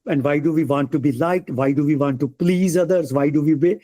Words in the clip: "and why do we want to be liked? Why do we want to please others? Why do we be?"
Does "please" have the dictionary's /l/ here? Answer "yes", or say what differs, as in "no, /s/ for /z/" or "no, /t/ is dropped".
yes